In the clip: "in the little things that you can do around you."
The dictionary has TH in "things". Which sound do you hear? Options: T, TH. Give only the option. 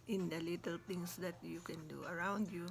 T